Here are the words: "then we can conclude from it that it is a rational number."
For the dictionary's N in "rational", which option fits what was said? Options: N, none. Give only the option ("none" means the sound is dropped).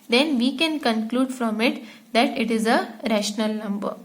N